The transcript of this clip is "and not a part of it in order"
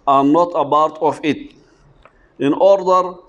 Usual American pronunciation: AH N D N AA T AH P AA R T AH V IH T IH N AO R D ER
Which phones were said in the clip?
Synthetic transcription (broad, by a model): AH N N AA T AH B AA R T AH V IH T IH N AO R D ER